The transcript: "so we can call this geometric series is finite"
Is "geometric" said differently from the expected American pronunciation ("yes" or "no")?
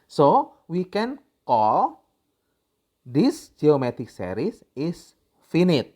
yes